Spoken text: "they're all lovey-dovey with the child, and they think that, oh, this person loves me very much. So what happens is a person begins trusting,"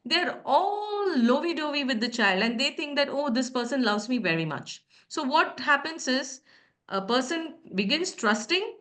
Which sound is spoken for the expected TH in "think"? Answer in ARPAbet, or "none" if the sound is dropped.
T